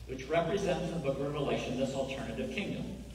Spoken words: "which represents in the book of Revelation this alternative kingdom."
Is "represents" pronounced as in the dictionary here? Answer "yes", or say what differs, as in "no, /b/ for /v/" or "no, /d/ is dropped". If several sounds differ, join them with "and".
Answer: yes